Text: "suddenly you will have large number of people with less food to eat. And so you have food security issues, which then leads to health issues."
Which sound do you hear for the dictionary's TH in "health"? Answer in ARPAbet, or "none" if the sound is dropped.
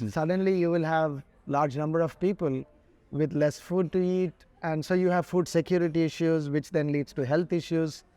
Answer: T